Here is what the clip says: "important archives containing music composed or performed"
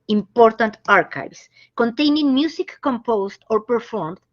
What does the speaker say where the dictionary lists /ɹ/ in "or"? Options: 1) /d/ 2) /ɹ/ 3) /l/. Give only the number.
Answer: 2